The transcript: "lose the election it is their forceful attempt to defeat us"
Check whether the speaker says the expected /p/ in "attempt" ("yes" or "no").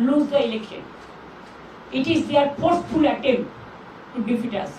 no